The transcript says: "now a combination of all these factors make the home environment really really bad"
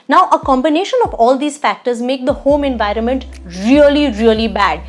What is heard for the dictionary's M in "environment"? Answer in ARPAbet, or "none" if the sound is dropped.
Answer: M